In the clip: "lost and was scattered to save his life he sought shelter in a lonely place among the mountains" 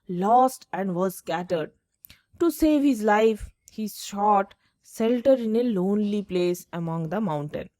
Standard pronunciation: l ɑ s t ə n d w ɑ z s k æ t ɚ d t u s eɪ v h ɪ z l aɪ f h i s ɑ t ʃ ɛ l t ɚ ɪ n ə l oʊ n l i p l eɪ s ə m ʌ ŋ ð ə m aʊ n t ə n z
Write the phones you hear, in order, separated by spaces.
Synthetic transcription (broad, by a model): l ɑ s t ə n d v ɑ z s k æ t ɚ d t u s eɪ v h ɪ z l aɪ f h i ʃ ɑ t s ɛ l t ɚ ɪ n ə l oʊ n l i p l eɪ s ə m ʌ ŋ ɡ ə m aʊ n t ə n